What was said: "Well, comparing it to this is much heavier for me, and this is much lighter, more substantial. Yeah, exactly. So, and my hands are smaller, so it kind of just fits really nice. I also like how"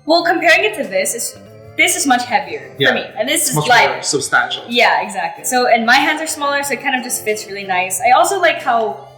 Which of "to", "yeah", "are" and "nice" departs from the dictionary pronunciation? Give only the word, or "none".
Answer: to